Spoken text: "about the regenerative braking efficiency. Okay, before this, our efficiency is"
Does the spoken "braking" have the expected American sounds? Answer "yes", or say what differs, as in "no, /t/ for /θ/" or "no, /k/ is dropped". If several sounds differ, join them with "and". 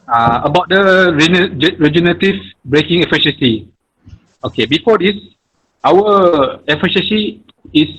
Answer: yes